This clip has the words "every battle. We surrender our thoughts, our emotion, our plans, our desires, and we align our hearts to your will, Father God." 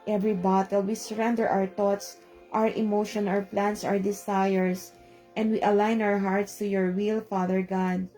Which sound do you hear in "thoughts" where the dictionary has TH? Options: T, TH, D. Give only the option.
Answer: T